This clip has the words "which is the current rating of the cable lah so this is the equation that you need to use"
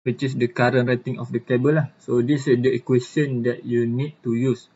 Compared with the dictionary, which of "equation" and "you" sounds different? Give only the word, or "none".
equation